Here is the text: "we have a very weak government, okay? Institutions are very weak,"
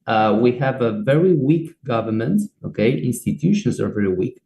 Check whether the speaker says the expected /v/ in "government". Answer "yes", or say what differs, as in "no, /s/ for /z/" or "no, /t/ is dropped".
yes